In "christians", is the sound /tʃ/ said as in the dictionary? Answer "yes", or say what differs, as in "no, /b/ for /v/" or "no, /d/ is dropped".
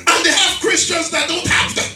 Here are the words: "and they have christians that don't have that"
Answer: yes